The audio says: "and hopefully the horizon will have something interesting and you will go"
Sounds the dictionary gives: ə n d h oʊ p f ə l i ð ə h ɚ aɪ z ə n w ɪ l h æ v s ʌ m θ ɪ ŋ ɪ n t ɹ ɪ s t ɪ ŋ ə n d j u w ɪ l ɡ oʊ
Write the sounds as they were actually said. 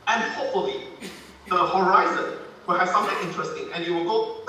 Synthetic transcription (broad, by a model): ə n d h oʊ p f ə l i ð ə h ɚ aɪ z ə n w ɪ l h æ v s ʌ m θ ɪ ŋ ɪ n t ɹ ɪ s t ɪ ŋ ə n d j u w ɪ l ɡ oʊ